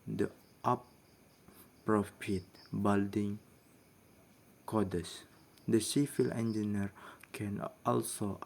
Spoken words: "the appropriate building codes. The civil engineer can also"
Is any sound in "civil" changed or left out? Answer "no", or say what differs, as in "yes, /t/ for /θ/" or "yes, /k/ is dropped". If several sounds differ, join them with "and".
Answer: yes, /f/ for /v/